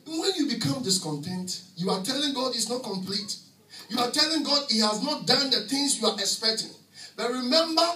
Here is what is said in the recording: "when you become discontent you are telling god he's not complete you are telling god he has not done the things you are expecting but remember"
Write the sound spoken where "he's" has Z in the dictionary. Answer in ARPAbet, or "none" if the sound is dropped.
S